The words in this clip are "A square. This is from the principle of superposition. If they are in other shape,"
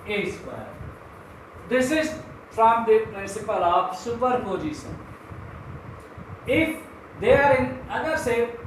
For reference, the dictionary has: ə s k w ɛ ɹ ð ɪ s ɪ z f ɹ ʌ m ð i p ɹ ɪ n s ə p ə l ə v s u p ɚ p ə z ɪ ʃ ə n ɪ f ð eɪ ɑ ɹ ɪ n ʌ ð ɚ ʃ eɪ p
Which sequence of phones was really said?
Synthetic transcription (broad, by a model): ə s w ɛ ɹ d ɪ s ɪ z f ɹ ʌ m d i p ɹ ɪ n s ə p ə l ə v s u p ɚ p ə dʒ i s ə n ɪ f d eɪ ɑ ɹ ɪ n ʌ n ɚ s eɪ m